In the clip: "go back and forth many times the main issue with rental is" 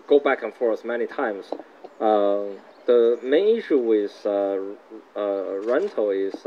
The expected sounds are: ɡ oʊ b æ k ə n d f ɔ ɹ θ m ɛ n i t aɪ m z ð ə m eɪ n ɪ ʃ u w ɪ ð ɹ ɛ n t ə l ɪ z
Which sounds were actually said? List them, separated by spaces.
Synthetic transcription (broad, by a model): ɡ oʊ b æ k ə n f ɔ ɹ s m ɛ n i t aɪ m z ð ə m eɪ n ɪ ʃ u w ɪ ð ɹ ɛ n t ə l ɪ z